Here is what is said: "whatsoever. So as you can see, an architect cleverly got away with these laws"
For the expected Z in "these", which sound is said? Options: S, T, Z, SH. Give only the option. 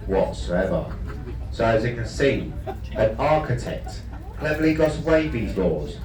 Z